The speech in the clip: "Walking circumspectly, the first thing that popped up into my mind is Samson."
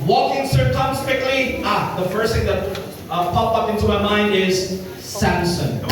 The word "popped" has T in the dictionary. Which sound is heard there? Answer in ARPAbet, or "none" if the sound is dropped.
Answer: none